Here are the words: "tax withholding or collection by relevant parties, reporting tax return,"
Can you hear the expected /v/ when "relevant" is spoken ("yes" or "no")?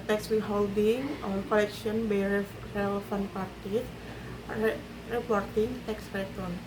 no